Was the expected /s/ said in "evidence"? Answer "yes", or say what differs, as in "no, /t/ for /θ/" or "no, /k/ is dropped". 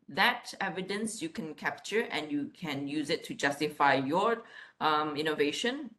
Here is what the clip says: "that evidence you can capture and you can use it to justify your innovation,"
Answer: yes